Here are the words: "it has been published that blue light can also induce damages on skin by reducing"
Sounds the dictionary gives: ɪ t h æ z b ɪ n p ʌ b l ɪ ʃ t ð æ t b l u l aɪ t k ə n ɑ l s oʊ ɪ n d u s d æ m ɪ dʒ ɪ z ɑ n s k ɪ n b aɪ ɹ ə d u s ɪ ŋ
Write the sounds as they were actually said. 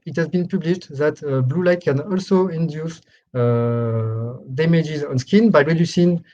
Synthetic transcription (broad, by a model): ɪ t h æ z b ɪ n p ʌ b l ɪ ʃ t ð æ t b l u l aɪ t k ə n ɑ l s oʊ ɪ n d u s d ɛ m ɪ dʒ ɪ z ɑ n s k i n b aɪ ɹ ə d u s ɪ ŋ